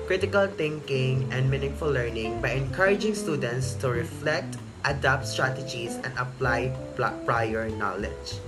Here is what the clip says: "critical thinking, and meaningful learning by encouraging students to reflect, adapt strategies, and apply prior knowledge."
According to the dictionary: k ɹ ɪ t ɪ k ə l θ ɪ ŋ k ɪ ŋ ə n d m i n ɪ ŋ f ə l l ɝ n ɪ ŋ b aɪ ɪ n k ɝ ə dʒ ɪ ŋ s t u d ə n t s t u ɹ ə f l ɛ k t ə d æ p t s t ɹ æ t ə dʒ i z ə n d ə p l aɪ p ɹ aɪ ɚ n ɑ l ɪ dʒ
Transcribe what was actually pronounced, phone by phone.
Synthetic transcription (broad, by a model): k ɹ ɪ t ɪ k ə l t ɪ ŋ k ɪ ŋ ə n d m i n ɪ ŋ f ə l l ɝ n ɪ ŋ b aɪ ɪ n k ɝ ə dʒ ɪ ŋ s t u d ə n t s t u ɹ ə f l ɛ k t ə d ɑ p t s t ɹ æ t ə dʒ i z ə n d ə p l aɪ p ɹ aɪ ɚ n ɑ l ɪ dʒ